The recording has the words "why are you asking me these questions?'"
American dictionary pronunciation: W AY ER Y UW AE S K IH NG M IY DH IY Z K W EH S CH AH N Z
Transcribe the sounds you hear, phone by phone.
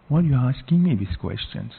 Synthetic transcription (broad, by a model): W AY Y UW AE S K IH NG M IY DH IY S K W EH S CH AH N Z